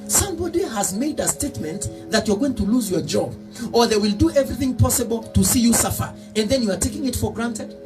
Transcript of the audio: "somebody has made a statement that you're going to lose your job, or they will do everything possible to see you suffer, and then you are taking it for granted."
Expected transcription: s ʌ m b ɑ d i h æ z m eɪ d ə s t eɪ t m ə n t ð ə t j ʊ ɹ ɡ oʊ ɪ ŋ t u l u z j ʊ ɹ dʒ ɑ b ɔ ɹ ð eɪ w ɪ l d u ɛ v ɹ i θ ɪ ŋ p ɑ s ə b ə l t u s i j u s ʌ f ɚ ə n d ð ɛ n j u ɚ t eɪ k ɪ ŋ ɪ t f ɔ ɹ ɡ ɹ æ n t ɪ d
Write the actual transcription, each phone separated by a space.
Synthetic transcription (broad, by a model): s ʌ m b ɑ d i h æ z m eɪ d ə s t eɪ t m ə n t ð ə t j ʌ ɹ ɡ oʊ ɪ ŋ t u l u z j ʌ ɹ dʒ ɑ b ɔ ɹ ð eɪ w ɪ l d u ɛ v ɹ i θ ɪ ŋ p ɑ s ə b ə l t u s i j u s ʌ f ɚ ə n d ð ɛ n j u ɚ t eɪ k ɪ ŋ ɪ t f ɔ ɹ ɡ ɹ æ n t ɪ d